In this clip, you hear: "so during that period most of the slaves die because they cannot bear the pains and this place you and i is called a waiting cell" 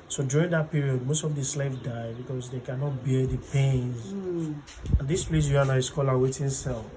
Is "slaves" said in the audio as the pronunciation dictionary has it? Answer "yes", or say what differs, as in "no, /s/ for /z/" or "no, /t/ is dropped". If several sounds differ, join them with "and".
no, /z/ is dropped